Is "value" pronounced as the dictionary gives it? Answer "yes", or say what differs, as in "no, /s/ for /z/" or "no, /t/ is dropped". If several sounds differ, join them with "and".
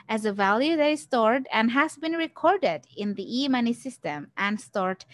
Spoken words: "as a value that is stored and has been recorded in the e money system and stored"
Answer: yes